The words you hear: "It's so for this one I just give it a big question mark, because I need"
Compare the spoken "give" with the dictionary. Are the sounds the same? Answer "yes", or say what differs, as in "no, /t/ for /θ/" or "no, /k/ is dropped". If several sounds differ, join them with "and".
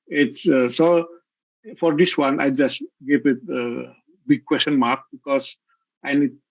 no, /p/ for /v/